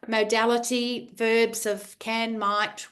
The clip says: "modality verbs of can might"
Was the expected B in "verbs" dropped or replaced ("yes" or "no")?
no